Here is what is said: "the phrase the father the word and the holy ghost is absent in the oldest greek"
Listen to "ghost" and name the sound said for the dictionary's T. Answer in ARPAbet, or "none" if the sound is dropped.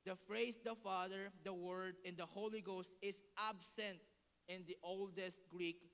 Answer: T